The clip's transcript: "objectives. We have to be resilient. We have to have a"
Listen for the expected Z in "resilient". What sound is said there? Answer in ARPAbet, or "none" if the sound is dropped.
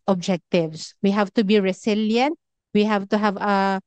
S